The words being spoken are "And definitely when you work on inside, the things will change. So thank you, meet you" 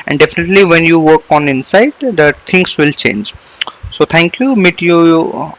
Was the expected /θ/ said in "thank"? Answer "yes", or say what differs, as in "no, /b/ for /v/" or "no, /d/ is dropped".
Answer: no, /t/ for /θ/